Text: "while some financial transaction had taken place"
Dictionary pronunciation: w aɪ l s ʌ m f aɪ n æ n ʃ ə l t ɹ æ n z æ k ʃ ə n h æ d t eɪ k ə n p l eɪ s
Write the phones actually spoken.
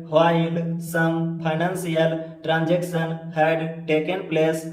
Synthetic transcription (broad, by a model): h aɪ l s ʌ m p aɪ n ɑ n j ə l t ɹ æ n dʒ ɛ k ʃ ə n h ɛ d t eɪ k ə n p l eɪ s